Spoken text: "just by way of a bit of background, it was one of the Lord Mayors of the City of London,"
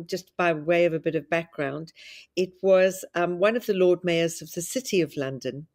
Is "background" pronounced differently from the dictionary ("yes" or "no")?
no